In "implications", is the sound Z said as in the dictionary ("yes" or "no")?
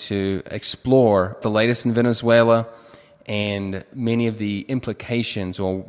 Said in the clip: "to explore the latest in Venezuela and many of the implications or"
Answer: yes